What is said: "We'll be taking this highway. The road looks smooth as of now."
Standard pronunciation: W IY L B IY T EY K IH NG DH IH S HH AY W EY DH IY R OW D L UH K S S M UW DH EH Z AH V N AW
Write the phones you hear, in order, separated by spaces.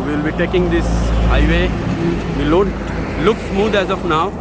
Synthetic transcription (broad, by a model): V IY L B IY T EY K IH NG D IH S HH AY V EY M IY L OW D L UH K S S M UW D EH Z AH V N AW